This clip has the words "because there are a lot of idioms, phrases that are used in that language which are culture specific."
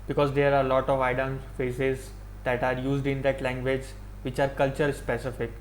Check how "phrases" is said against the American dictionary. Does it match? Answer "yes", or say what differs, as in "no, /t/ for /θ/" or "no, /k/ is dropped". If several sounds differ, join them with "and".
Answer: no, /ɹ/ is dropped and /s/ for /z/